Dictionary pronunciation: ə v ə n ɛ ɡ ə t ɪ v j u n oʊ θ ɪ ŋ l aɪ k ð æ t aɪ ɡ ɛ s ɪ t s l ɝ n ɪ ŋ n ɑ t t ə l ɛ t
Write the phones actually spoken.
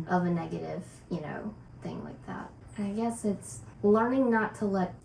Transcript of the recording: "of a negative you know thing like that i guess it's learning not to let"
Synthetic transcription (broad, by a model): ə v ə n ɛ ɡ ə t ɪ v j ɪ n oʊ θ ɪ ŋ l aɪ k ð æ t aɪ ɡ ɛ s ɪ t s l ɝ n ɪ ŋ n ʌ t t ə l ɛ t